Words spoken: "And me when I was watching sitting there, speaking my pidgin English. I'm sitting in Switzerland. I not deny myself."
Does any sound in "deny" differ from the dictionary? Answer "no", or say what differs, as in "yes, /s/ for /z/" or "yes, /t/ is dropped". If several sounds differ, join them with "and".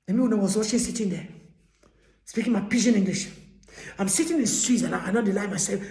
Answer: yes, /l/ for /n/